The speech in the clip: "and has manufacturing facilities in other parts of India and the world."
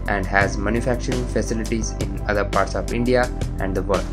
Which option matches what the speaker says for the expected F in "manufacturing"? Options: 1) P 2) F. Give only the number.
2